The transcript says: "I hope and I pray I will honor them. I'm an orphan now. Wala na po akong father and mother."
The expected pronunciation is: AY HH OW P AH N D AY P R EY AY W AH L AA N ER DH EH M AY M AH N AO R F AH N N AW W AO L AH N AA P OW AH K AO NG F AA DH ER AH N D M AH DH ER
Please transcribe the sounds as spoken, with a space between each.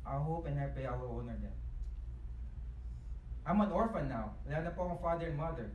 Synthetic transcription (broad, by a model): AY HH OW P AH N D AY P EY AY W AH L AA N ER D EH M AY M AH N AO R F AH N N AW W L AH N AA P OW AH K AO F AA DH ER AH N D M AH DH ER